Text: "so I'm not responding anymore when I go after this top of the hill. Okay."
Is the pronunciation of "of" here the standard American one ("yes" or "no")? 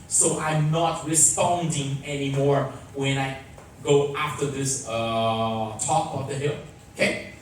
no